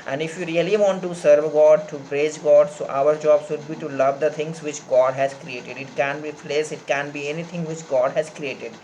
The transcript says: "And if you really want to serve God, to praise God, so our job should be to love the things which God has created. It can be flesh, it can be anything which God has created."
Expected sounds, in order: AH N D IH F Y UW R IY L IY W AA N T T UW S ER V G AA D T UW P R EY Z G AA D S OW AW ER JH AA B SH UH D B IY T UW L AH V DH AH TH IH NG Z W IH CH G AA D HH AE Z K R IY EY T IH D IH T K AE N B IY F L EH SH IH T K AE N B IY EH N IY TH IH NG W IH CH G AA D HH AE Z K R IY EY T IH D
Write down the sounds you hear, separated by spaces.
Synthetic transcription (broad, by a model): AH N D IH F Y UW R IY L IY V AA N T T UW S ER V G AA D T UW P R EY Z G AA D S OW AW ER JH AA B S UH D B IY T UW L AH V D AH T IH NG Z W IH CH G AA D HH AE Z K R IY EY T IH D IH T K AE N B IY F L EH S IH T K AE N B IY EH N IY T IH NG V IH CH G AA D HH AE Z K R IY EY T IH D